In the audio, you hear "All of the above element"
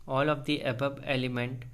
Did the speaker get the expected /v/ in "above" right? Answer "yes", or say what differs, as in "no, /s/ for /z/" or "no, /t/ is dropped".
no, /b/ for /v/